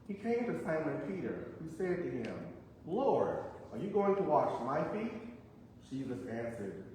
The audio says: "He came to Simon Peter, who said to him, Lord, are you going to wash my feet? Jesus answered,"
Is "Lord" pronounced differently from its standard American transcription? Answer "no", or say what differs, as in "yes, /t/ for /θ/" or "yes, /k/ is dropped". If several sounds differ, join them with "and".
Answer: no